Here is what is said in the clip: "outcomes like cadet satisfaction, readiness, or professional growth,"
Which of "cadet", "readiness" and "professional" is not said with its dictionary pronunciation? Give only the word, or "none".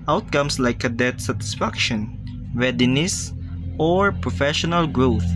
readiness